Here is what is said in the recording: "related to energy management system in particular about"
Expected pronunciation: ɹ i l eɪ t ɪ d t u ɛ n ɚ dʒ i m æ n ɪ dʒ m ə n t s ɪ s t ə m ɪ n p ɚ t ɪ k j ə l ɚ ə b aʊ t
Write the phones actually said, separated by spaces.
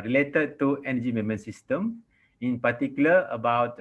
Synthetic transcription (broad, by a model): ɹ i l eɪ t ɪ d t u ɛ n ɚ dʒ i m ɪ m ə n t s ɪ s t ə m ɪ n p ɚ t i k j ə l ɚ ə b aʊ t